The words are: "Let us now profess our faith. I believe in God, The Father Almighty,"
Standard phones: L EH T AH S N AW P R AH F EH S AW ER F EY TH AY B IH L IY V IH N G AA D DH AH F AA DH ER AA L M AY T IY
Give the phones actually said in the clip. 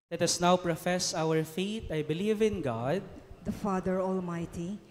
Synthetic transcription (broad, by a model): L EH T AH S N AW P R AH F EH S AW ER F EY T AY B IH L IY V IH N G AA D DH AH F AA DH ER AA L M AY T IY